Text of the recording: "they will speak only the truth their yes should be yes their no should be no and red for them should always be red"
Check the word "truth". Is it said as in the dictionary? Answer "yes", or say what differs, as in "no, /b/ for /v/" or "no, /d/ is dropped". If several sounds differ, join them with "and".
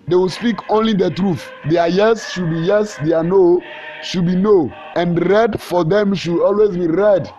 yes